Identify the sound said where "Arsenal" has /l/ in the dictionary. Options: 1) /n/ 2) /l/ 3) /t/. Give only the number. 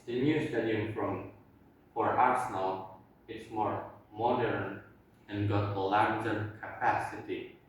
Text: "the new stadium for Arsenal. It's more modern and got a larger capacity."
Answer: 2